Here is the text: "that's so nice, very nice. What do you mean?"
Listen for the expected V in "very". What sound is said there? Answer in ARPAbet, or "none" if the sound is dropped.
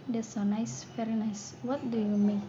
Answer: F